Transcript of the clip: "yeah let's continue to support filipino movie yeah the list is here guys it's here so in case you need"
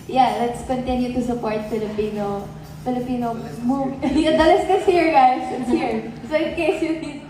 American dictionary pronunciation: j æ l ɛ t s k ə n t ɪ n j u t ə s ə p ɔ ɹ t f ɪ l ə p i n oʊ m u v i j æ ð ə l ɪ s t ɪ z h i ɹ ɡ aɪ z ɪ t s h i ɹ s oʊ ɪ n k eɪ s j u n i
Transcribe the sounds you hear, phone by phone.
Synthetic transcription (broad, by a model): j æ l ɛ t s k ə n t ɪ n j u t ə s ə p ɔ ɹ t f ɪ l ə p i n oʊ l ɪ p i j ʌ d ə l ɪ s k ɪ s h i ɹ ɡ aɪ s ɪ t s h i ɹ s oʊ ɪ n k eɪ s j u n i